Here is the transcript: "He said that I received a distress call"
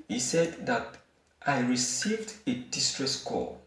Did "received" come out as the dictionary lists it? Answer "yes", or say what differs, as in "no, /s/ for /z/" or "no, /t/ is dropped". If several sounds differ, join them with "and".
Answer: yes